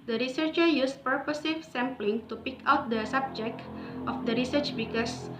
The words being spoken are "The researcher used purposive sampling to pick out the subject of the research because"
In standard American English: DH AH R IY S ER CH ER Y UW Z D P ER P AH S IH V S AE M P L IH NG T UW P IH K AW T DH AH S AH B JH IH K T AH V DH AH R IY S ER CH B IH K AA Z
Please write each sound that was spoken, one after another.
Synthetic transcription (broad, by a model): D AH R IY S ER CH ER Y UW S P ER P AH S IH F S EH M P L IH NG T UW P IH K AW T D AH S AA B JH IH K T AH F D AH R IY S ER CH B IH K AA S